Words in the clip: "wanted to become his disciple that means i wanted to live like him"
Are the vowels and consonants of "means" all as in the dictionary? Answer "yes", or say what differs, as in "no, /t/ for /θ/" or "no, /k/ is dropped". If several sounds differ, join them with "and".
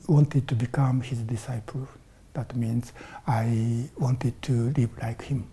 yes